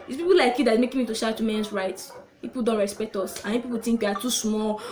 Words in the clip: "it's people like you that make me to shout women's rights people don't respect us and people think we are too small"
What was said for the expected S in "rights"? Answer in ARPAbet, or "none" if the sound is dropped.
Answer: none